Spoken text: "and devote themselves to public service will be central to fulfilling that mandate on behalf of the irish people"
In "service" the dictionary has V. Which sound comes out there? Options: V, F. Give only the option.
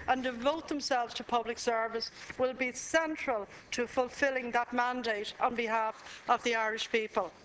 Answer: V